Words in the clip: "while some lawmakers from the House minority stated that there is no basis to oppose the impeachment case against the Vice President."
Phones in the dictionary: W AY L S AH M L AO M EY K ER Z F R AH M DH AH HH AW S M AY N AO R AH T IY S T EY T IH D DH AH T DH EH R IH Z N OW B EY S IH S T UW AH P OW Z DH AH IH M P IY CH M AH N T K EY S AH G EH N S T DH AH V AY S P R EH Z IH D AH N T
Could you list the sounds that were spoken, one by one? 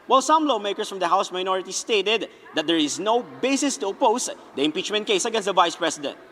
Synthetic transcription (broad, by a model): W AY L S AH M L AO M EY K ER S F R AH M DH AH HH AW S M AY N AO R AH T IY S T EY T IH D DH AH T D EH R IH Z N OW B EY S IH S T UW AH P OW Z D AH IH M P IY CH M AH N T K EY S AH G EH N S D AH V AY S P R EH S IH D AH N T